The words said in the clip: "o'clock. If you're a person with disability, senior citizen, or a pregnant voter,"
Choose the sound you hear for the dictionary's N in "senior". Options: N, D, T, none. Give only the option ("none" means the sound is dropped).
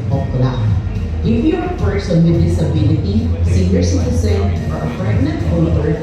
none